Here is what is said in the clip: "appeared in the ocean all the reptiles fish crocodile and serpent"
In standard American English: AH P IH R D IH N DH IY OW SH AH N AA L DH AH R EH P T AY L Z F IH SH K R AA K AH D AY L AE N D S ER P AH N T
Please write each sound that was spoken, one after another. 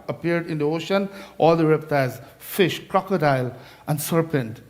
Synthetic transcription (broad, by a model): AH P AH R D IH N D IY OW SH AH N AA L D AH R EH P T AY Z F IH SH K R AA K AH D AY L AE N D S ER P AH N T